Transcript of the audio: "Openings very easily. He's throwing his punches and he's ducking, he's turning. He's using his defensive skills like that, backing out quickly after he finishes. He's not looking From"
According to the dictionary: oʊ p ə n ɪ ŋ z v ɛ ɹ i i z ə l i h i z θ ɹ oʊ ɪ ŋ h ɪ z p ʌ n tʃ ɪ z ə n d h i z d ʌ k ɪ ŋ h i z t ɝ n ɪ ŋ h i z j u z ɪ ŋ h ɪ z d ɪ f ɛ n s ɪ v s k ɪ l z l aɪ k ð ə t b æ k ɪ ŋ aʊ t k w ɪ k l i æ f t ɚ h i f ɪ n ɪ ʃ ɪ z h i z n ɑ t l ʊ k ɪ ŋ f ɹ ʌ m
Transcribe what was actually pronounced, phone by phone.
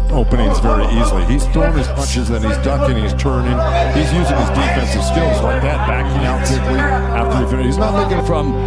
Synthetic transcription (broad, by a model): oʊ p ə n ɪ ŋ z v ɛ ɹ i i z l i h i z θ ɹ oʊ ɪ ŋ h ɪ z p ʌ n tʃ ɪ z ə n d h i z d ʌ k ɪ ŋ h i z t ɝ n ɪ ŋ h i z j u z ɪ ŋ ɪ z d ɪ f ɛ n s ɪ v s k ɪ l z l aɪ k ð ə t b æ k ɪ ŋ aʊ t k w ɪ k l i æ f t ɚ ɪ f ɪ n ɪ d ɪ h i z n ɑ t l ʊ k ɪ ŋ f ɹ ʌ m